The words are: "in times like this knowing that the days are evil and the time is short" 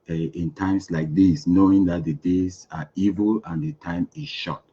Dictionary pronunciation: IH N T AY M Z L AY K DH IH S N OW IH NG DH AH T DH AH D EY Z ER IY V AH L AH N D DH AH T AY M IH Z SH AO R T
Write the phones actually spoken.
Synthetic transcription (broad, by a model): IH N T AY M S L AY K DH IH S N OW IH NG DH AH T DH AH D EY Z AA IY V AH L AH N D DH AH T AY M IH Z SH AO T